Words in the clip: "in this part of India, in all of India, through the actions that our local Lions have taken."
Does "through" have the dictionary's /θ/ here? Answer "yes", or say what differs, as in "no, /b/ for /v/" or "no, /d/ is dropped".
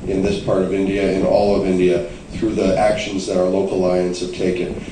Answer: yes